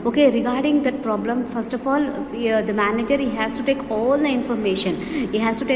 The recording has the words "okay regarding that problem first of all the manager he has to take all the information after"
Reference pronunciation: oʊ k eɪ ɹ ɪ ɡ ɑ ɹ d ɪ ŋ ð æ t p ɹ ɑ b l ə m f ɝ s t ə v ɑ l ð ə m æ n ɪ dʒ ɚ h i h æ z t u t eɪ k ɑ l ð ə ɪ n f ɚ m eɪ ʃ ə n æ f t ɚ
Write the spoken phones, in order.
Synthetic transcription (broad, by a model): oʊ k eɪ ɹ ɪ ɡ ɑ ɹ d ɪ ŋ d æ t p ɹ ɑ b l ə m f ɝ s t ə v ɑ l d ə m æ n ɪ dʒ ɚ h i h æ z t u t eɪ k ɑ l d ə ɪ n f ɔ m eɪ ʃ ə n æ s t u